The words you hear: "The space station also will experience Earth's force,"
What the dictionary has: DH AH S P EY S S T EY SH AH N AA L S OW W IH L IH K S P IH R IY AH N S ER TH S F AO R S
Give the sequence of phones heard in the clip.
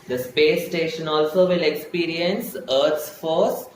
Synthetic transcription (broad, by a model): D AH S P EY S S T EY SH AH N AA L S OW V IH L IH K S P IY R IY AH N S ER T S F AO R S